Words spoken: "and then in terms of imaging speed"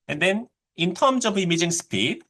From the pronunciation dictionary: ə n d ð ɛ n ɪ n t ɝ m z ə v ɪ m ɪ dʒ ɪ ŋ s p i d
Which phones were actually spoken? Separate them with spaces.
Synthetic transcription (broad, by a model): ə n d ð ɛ n ɪ n t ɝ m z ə b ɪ m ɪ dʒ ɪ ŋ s p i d